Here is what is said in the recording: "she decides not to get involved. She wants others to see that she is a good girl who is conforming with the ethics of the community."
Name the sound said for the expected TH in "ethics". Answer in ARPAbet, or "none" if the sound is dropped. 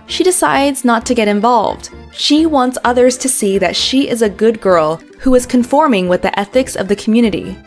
TH